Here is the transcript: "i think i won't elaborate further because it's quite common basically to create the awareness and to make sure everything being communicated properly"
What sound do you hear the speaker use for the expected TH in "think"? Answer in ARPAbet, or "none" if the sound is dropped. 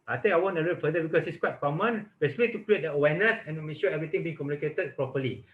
T